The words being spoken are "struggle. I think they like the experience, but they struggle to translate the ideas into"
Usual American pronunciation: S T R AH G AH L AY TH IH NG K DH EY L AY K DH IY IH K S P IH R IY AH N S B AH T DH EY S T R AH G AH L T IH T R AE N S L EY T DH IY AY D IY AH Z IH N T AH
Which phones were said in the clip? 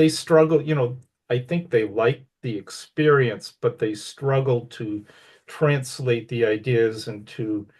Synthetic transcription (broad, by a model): S T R AH G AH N AY TH IH NG K DH EY L AY K DH IY IH K S P IH R IY AH N S B AH T DH EY S T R AH G L T IH T R AE N S L EY T DH IY AY D IY AH Z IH N T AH